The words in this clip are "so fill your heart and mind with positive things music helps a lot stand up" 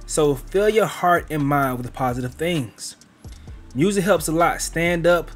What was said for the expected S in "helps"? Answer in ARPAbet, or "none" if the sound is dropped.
S